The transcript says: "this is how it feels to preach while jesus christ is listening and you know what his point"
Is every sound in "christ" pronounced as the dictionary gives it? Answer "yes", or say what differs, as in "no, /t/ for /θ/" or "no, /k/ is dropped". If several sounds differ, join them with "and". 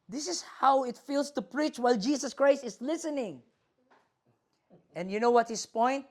yes